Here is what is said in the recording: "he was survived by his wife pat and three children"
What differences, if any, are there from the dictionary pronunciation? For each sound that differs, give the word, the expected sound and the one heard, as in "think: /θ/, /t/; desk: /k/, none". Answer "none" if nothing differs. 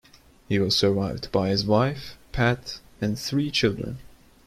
none